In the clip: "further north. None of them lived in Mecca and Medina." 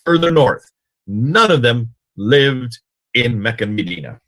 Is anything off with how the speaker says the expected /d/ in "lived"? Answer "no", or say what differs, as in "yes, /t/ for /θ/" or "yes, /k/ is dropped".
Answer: no